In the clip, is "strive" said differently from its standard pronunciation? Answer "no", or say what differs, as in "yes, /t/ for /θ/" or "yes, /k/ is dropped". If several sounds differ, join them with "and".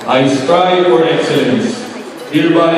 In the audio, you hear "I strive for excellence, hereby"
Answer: yes, /ɹ/ is dropped